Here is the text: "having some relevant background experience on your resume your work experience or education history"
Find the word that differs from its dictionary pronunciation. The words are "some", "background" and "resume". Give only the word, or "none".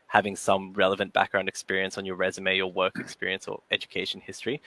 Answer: none